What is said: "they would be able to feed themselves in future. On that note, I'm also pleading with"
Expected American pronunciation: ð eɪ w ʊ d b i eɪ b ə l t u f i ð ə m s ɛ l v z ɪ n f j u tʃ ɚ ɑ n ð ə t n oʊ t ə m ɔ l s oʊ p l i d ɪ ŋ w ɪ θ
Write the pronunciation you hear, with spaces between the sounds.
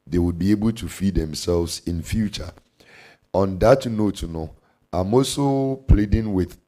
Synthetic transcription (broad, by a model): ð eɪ w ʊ d b i eɪ b ə l t u f i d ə m s ɛ l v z ɪ n f j u tʃ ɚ ɑ n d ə t n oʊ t ə m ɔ s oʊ p l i d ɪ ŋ w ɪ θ